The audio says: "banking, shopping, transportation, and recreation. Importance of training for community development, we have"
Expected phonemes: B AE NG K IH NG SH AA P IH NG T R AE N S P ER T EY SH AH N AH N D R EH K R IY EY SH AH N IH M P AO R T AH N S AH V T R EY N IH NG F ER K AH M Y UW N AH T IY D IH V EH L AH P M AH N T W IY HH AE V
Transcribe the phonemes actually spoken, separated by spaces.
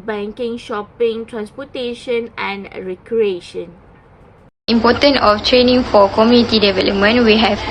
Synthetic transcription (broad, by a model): B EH NG K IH NG SH AA P IH NG T R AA N S P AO T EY SH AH N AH N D R EH K R IY EY SH AH N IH M P AO T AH N AH F T R EY N IH NG F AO K AH M Y UW N AH T IY D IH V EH L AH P M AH N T W IY HH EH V